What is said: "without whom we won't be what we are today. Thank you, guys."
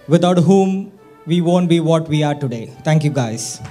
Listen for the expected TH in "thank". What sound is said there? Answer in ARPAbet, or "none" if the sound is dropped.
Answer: T